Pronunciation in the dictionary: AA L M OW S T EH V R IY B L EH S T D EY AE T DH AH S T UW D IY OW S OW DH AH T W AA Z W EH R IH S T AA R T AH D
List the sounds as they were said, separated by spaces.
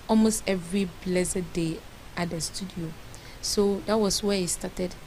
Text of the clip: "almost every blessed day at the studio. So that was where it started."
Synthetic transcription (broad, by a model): AA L M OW S T EH V R IY B L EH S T D EY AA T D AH S T UW D IY OW S OW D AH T W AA S W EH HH IH S T AA T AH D